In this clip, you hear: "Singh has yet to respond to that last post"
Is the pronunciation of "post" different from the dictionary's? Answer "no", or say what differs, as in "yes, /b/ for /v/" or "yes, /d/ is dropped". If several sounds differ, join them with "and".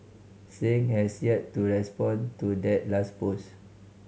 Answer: yes, /t/ is dropped